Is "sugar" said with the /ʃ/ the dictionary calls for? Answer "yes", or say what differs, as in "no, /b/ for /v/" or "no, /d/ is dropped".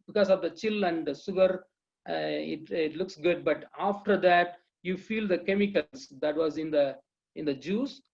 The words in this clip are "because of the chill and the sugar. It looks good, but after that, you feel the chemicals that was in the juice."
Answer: no, /s/ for /ʃ/